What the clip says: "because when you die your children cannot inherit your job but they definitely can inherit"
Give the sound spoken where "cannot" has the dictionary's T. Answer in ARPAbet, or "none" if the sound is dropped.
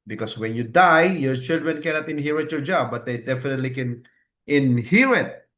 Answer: T